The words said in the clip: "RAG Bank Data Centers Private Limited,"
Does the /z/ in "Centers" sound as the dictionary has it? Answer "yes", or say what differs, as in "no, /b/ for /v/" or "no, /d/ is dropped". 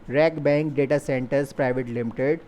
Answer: no, /s/ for /z/